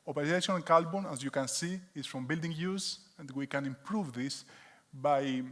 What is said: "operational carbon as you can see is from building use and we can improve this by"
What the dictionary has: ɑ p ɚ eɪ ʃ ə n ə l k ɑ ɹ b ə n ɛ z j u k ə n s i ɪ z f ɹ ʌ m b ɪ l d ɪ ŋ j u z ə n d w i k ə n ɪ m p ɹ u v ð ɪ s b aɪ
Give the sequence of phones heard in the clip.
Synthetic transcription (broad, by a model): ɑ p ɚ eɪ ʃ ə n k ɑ l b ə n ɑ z j u k ə n s i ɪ s f ɹ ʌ m b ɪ l d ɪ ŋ j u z ə n d w i k ə n ɪ m p ɹ u v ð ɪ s b aɪ